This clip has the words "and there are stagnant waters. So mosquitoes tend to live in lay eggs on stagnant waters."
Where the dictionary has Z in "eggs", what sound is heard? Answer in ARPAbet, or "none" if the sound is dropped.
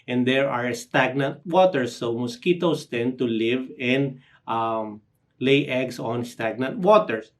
S